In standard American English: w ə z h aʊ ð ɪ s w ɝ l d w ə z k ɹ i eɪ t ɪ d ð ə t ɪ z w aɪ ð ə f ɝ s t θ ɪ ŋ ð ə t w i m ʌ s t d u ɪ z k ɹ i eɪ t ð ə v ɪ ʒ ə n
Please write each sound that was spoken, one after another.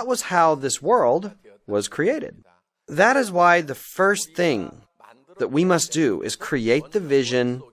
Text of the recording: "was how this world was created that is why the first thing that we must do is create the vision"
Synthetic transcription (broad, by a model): w ə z h aʊ ð ɪ s w ɝ l d w ə z k ɹ i eɪ t ɪ d ð ə t ɪ z w aɪ ð ə f ɝ s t θ ɪ ŋ ð ə t w i m ʌ s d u ɪ z k ɹ i eɪ t ð ə v ɪ ʒ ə n